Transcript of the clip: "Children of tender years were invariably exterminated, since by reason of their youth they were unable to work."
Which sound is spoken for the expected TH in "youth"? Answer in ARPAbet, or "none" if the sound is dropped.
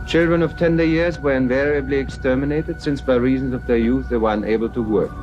TH